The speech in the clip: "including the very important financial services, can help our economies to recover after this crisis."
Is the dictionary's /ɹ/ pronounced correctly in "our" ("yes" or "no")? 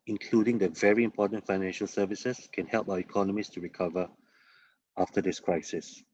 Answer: no